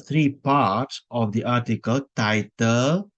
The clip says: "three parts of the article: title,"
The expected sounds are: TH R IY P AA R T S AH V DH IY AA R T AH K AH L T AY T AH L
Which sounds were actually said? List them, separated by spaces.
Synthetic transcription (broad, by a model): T R IY P AA R T S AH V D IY AA R T AH K AH L T AY T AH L